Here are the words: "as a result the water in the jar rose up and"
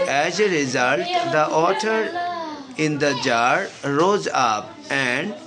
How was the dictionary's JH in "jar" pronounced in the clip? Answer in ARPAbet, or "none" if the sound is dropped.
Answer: JH